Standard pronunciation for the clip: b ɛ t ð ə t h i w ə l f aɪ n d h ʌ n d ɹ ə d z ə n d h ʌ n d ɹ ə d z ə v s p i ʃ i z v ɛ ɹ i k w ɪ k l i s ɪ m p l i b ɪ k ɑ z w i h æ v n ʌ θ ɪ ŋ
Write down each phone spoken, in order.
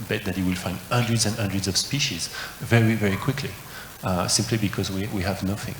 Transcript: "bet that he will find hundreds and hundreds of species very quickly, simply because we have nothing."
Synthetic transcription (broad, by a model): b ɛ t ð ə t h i w ə l f aɪ n d h ʌ n d ɹ ə d z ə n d h ʌ n d ɹ ə d z ə v s p i ʃ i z v ɛ ɹ i k w ɪ k l i s ɪ m p l i b ɪ k ɑ z w i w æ v n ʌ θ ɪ ŋ